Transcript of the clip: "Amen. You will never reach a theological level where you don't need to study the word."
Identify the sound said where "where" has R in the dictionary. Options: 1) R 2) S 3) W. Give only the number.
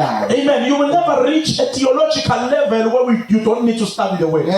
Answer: 3